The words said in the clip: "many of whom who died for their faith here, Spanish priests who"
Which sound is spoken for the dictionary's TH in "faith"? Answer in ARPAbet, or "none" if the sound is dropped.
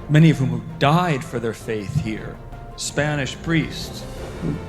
TH